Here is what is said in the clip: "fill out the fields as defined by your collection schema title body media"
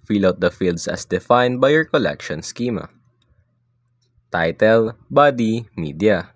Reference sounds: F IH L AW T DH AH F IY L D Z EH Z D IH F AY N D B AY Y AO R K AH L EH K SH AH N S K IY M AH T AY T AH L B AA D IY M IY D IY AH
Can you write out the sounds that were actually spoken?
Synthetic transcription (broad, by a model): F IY L AW T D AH F IY L D S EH S D IH F AY N D B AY Y AO R K AH L EH K SH AH N S K IY M AH T AY T AH L B AA D IY M IY D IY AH